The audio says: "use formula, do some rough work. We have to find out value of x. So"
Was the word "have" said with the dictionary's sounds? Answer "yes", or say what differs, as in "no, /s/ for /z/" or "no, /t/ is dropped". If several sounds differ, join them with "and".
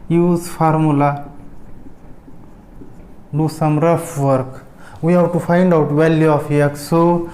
no, /w/ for /v/